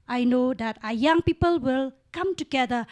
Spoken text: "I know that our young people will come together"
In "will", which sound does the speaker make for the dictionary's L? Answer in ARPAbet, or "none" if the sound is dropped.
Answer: L